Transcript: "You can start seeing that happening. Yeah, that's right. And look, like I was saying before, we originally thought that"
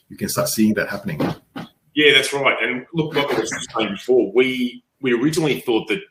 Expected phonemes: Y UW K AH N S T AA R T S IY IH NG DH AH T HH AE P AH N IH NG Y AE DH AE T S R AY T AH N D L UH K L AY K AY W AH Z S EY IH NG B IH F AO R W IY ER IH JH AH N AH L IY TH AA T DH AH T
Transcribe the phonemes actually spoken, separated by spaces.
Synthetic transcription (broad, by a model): Y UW K AH N S T AA R T S IY IH NG DH AH T HH AE P AH N IH NG Y AE DH AE T S R AY T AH N L UH K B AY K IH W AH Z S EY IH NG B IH F AO R W IY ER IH JH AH N L IY TH AA T DH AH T